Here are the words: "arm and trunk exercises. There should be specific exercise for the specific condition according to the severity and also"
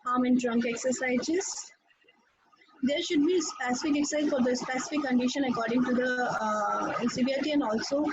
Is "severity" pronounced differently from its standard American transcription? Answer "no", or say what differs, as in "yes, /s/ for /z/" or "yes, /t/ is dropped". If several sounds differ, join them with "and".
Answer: yes, /ɹ/ is dropped